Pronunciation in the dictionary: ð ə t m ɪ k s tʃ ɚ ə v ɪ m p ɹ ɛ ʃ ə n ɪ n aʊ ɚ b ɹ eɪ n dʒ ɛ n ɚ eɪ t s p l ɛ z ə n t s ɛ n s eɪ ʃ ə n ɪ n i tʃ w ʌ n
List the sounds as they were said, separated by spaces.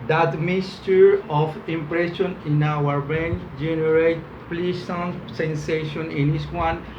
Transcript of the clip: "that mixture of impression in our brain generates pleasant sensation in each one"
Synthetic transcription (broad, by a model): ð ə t m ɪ s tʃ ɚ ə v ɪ m p ɹ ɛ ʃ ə n ɪ n aʊ ɚ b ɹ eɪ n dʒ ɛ n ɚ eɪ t p l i s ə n s ɛ n s eɪ ʃ ə n ɪ n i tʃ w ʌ n